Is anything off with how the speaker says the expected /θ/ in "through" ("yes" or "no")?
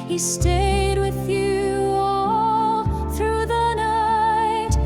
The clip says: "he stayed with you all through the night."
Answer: no